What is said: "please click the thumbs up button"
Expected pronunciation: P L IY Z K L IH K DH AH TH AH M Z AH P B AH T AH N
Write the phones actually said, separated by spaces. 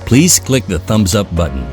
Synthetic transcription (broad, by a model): P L IY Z K L IH K DH AH TH AH M Z AH P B AH T N